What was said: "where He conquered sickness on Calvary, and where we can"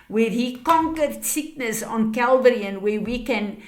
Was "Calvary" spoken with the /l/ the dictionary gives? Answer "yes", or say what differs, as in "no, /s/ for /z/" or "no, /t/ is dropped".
yes